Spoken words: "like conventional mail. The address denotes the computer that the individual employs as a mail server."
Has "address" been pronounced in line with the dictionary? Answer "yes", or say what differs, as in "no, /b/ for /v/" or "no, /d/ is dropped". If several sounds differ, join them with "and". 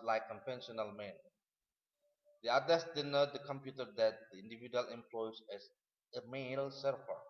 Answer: no, /ɹ/ is dropped